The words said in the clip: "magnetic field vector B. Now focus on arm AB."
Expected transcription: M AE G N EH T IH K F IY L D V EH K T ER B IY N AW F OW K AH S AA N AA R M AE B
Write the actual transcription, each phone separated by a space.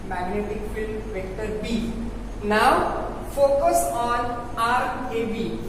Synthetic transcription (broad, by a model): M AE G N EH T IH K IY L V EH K T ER B IY N AW F OW K AH S AA N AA R EH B